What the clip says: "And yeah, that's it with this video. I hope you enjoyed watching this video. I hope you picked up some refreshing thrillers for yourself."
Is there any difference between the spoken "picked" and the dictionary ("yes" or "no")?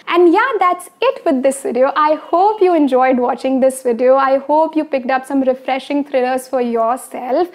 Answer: no